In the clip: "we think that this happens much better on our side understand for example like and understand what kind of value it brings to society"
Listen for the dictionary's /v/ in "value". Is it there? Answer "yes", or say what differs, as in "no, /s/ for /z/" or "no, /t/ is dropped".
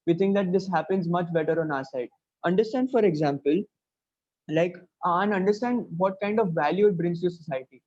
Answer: yes